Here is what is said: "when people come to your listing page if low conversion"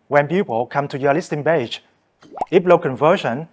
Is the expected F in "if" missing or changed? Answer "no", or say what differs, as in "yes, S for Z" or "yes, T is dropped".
yes, P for F